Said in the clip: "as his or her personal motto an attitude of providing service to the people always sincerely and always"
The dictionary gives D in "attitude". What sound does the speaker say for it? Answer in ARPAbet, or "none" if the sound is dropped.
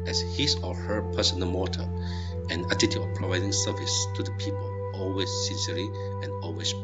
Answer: none